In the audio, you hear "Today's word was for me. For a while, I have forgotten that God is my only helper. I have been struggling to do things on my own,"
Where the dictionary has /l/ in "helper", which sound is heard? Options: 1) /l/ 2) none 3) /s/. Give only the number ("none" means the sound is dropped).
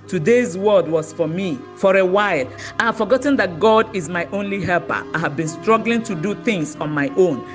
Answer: 1